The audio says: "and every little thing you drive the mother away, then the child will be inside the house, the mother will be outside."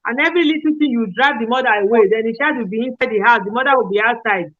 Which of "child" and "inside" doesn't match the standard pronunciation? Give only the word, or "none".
child